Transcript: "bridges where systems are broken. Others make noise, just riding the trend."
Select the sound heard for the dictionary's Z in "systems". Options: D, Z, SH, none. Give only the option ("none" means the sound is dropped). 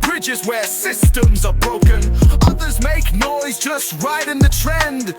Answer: Z